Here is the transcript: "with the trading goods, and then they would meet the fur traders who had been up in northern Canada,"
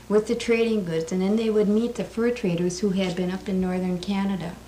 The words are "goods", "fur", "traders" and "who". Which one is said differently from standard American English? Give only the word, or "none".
none